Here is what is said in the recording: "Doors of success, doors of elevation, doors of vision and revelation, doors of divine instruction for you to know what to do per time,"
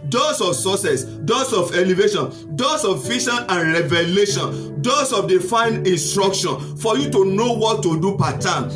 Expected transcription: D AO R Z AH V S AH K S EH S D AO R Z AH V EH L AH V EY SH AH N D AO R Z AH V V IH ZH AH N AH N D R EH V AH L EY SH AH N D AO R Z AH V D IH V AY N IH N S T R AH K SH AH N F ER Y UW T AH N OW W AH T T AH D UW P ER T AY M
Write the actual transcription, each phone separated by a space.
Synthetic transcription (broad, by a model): D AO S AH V S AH S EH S D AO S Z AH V EH L AH V EY SH AH N D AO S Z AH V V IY SH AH N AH N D R EH V AH L EY SH AH N D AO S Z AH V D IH F AY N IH N S T R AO K SH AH N F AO Y UW T AH N OW W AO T T AH D UW P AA T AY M